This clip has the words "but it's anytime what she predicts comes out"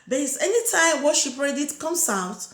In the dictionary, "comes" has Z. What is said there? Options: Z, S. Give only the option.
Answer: S